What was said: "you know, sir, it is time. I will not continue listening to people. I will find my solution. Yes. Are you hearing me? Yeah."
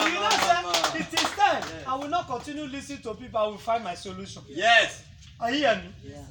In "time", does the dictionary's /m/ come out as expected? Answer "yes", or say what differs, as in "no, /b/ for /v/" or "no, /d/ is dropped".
no, /m/ is dropped